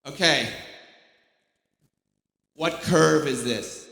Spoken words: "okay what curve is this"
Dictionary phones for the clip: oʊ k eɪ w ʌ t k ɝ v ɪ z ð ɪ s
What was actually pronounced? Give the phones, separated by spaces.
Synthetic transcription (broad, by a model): oʊ k eɪ w ʌ t k ɝ v ɪ z ð ɪ s